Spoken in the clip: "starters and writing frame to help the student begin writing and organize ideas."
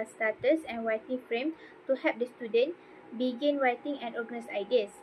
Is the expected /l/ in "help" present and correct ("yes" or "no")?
no